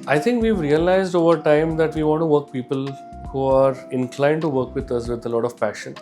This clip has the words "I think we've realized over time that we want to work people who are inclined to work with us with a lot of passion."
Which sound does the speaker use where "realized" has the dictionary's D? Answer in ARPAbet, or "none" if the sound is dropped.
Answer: D